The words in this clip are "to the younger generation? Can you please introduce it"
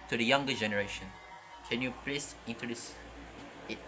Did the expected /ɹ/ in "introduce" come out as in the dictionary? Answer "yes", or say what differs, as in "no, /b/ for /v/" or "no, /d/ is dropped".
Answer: no, /ɹ/ is dropped